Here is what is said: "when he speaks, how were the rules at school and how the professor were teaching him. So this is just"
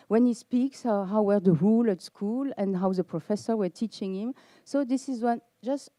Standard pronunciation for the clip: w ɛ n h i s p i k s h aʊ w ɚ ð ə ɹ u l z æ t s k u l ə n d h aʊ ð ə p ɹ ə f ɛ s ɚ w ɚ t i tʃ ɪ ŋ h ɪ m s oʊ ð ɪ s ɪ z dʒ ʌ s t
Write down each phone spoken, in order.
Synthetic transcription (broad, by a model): w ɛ n h i s p i k s h aʊ w ɚ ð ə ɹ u l æ t s k u l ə n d h aʊ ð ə p ɹ ə f ɛ s ɚ w ɚ t i tʃ ɪ ŋ h ɪ m s oʊ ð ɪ s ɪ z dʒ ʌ s t